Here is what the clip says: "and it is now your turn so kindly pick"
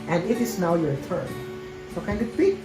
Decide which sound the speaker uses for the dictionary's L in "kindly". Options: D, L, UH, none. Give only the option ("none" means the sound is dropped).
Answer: none